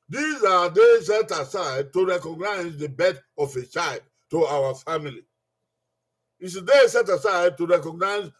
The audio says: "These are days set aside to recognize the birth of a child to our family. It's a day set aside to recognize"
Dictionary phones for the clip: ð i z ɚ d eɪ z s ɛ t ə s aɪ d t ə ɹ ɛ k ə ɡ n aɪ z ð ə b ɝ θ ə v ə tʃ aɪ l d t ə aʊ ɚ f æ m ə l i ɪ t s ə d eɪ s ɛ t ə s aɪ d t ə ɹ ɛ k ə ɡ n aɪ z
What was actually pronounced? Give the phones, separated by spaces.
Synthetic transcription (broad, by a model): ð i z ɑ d eɪ s ɛ t ə s aɪ d t ə ɹ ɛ k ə ɡ n aɪ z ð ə b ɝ t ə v ə tʃ aɪ l d t ə aʊ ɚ f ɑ m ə l i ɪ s ə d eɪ s ɛ t ə s aɪ d t ə ɹ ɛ k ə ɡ n aɪ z